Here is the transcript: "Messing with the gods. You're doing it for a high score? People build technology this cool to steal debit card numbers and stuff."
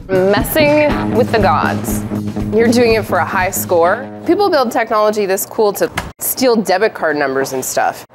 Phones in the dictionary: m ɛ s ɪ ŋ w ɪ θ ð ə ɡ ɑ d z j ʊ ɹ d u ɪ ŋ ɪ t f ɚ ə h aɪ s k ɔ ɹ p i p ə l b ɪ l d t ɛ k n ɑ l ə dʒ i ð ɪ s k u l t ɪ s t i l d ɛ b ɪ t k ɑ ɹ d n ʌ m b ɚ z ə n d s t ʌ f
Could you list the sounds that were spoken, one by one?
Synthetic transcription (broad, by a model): m ɛ s ɪ ŋ w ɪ ð ə ɡ ɑ d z j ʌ ɹ d u ɪ ŋ ɪ t f ɚ ə h aɪ s k ɔ ɹ p i p l b ɪ l d t ɛ k n ɑ l ə dʒ i ð ɪ s k u l t ɪ s t i l d ɛ b ɪ t k ɑ ɹ d n ʌ m b ɚ z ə n s t ʌ f